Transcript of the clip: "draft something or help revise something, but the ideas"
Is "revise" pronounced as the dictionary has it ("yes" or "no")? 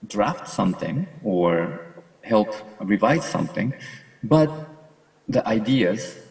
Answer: yes